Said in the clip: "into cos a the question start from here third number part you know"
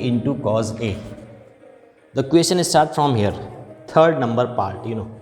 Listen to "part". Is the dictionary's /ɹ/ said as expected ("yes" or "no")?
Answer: yes